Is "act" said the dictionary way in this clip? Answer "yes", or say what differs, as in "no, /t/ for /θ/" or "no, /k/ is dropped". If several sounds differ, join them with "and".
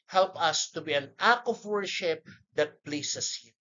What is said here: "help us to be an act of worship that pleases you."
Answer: no, /t/ is dropped